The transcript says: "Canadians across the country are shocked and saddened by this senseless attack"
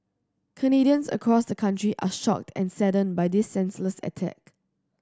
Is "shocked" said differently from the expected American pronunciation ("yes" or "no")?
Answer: no